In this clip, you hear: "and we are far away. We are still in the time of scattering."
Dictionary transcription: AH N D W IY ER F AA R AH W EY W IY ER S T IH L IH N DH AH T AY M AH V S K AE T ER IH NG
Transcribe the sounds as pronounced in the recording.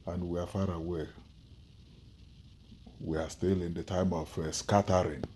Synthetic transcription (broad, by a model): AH N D W IY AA F AA R AH W EY W IY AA S T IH L IH N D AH T AY M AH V S K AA T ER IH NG